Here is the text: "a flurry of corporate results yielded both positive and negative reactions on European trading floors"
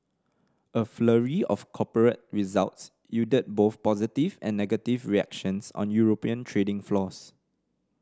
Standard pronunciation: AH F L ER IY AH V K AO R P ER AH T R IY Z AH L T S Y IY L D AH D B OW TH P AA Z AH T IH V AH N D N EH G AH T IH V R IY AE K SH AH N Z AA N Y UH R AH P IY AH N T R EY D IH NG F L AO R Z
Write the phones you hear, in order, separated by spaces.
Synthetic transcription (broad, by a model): AH F L ER IY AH F K AO P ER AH T R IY Z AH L T S Y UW D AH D B OW TH P AA Z AH T IH V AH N N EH G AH T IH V R IY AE K SH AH N S AA N Y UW R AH P IY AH N T R EY D IH NG F L AO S